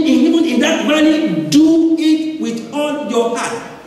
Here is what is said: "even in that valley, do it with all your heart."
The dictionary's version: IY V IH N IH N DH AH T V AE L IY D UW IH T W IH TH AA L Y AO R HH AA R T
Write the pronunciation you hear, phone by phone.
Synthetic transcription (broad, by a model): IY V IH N IH N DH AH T B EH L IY D UW IH T W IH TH AA L Y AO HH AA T